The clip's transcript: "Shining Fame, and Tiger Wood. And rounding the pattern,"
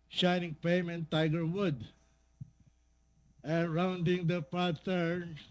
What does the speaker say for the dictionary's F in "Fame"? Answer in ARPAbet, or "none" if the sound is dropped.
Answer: P